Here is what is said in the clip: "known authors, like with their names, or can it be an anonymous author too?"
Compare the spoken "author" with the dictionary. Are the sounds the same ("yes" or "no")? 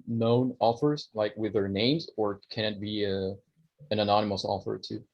no